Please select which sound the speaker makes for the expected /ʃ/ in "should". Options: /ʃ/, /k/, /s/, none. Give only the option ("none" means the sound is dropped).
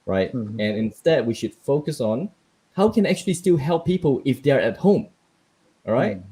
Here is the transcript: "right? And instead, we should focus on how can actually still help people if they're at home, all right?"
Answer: /ʃ/